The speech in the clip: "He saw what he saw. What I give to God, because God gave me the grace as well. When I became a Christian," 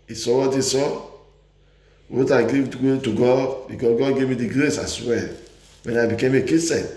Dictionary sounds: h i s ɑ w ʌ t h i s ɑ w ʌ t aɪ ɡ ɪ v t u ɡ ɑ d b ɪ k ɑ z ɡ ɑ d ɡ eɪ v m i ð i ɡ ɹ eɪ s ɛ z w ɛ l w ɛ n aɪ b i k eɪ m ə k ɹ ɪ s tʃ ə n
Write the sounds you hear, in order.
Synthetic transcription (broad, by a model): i s ɑ w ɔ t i s ɑ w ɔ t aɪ ɡ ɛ w t u ɡ ɑ d b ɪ k ɑ s ɡ ɑ d ɡ eɪ v m i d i ɡ ɹ eɪ s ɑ s w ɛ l w ɛ n aɪ b i k eɪ m ə k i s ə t